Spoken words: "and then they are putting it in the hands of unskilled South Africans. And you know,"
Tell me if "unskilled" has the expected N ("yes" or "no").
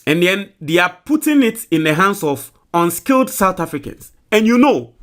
yes